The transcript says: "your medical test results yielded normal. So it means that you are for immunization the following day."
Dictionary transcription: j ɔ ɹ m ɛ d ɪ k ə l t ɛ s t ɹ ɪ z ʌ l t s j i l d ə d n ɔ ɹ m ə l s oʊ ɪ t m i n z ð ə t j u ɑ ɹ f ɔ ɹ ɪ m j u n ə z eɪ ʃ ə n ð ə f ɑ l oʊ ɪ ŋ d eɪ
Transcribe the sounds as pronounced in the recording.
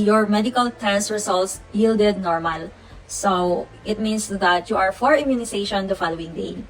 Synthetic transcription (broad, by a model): j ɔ ɹ m ɛ d ɪ k ə l t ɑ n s ɹ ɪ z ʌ l t s j i l d ə d n ɔ ɹ m ə l s oʊ ɪ t m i n s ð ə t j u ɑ ɹ f ɔ ɹ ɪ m j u n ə s eɪ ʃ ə n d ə f ɑ l oʊ ɪ ŋ d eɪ